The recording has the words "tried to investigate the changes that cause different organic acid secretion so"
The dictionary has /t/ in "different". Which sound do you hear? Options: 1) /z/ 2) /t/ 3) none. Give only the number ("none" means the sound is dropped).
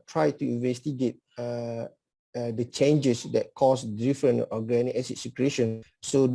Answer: 3